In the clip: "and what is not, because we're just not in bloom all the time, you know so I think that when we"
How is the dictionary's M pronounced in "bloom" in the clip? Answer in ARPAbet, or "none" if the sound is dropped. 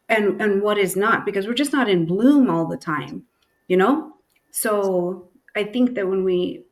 M